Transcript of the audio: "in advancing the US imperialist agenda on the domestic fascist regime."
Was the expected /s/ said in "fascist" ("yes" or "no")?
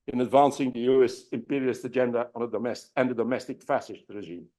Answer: no